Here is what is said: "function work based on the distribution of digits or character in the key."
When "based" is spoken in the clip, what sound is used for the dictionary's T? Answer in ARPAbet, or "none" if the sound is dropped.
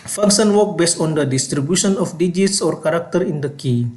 T